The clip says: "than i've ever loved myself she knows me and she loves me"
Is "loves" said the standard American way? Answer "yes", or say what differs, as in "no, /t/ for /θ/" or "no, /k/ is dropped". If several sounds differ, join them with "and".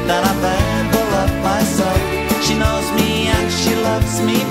yes